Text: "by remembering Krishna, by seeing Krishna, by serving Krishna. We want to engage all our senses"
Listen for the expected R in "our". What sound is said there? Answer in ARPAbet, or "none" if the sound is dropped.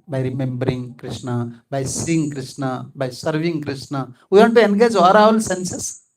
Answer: L